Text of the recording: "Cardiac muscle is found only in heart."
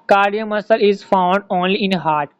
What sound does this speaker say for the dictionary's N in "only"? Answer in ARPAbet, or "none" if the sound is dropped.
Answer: N